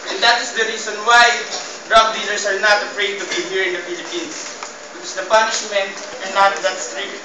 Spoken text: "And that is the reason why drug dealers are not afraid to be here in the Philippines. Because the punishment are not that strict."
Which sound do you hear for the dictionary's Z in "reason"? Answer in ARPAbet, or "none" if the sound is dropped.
S